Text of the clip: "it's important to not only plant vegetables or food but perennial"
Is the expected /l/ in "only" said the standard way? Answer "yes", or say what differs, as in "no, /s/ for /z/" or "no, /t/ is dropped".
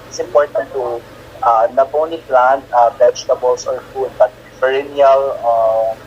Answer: no, /l/ is dropped